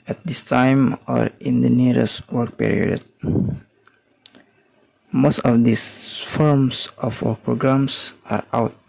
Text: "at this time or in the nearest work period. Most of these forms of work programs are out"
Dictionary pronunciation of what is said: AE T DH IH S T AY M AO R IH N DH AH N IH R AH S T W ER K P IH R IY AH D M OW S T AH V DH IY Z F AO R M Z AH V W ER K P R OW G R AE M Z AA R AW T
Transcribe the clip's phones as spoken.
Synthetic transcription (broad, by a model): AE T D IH S T AY M AO R IH N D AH N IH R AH S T W ER K P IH R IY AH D M OW S T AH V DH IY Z F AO R M S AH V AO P R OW G R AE M S AA R AW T